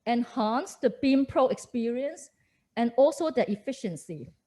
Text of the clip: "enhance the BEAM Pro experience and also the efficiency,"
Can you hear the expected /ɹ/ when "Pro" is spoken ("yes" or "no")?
yes